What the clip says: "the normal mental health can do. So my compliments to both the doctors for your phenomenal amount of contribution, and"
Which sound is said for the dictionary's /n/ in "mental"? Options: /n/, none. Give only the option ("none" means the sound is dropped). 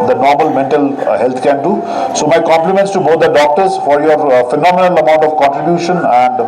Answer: /n/